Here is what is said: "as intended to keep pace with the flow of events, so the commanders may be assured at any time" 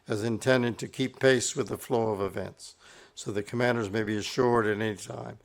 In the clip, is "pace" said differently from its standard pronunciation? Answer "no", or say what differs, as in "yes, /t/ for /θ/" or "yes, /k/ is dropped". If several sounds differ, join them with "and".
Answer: no